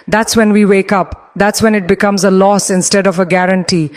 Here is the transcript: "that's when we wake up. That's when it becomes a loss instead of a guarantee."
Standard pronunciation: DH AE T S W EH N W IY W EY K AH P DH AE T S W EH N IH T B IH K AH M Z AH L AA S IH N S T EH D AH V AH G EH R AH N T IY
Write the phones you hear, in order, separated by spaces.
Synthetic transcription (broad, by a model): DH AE T S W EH N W IY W EY K AH P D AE T S W EH N IH T B IH K AH M Z AH L AA S IH N S T EH D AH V AH G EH R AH N T IY